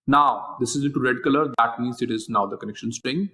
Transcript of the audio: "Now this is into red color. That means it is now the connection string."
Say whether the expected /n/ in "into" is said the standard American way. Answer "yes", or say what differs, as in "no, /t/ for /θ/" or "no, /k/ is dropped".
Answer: no, /n/ is dropped